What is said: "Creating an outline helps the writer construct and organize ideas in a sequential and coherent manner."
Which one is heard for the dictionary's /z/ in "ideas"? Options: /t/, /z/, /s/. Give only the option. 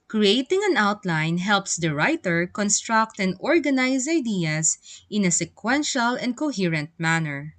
/s/